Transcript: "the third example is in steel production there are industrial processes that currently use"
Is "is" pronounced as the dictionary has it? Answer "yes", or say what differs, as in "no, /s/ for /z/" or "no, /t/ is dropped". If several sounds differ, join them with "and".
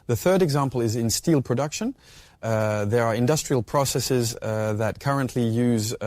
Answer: yes